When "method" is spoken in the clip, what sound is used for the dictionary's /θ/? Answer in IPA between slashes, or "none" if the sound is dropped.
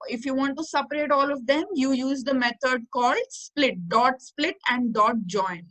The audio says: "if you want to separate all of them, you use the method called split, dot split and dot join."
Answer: /t/